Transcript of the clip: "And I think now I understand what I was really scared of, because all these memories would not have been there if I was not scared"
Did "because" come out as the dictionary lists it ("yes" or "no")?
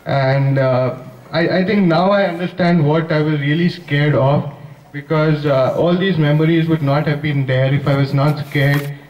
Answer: yes